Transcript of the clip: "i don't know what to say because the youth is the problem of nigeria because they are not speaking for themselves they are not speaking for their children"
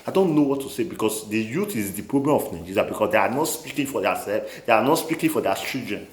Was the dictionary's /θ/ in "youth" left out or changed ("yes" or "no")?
yes